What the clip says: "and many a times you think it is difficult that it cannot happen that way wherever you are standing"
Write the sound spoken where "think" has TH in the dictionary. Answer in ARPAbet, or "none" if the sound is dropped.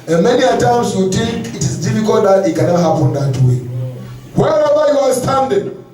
T